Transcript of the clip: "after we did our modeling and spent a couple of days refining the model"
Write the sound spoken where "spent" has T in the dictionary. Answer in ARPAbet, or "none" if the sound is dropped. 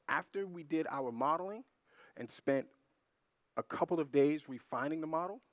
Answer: T